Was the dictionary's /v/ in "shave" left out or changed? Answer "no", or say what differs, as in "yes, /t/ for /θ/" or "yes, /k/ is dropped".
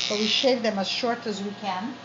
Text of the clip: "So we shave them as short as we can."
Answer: no